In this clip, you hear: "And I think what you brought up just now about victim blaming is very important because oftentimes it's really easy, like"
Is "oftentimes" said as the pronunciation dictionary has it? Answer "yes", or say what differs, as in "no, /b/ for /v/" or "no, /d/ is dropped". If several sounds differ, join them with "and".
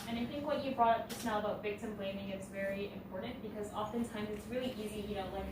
yes